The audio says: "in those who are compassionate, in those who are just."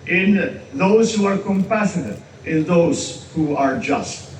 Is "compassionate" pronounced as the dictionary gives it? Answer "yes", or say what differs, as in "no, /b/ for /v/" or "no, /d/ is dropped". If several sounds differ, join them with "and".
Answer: no, /s/ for /ʃ/